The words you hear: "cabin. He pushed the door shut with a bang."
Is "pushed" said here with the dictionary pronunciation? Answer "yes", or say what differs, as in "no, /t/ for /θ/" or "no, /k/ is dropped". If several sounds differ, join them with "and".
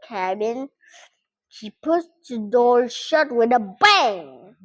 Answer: no, /s/ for /ʃ/